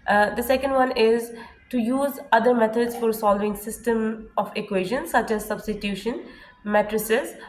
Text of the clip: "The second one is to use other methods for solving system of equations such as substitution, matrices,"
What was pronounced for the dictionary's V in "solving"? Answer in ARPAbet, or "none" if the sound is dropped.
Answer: V